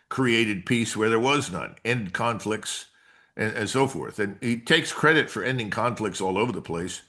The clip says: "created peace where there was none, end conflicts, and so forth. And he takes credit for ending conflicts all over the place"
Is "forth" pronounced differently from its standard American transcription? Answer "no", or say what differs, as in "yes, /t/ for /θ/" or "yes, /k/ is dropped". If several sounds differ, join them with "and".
no